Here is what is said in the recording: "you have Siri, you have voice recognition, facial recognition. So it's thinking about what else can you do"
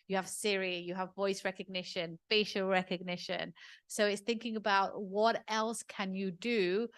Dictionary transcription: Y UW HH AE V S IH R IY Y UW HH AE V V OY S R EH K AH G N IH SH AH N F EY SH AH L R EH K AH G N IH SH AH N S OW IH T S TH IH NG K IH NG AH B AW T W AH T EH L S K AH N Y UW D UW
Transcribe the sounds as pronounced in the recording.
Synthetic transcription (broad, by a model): Y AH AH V S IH R IY Y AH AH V V OY S R EH K AH G N IH SH AH N F EY SH AH L R EH K AH G N IH SH AH N S OW IH T S TH IH NG K IH NG AH B AW T W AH T EH L S K AH N Y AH D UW